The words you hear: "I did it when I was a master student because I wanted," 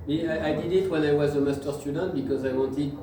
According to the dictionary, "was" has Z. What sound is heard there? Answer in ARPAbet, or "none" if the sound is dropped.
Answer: Z